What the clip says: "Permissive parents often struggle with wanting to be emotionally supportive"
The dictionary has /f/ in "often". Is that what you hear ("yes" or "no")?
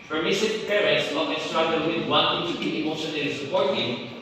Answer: no